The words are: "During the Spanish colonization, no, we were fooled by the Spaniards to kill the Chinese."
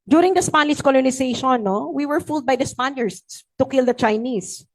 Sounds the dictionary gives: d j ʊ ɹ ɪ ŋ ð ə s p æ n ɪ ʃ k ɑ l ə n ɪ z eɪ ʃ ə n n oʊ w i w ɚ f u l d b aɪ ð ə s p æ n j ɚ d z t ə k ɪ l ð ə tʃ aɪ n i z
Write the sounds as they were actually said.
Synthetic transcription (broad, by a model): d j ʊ ɹ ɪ ŋ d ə s p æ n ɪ s k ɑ l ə n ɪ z eɪ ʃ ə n n oʊ w i w ɚ f u l d b aɪ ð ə s p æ n j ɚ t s t ə k ɪ l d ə tʃ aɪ n i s